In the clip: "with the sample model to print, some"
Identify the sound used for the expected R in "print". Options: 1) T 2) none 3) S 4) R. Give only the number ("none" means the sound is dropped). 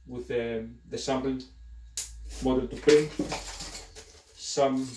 2